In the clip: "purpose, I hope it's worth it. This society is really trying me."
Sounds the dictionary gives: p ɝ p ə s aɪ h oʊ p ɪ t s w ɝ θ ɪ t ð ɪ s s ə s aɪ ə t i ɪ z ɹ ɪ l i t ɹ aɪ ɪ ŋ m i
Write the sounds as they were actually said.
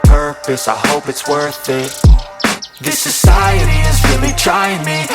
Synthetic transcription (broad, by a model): p ɝ p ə s aɪ h oʊ p ɪ t s w ɝ θ ɪ t ð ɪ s s ə s aɪ ə t i ɪ z ɹ ɪ l i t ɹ aɪ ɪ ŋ m i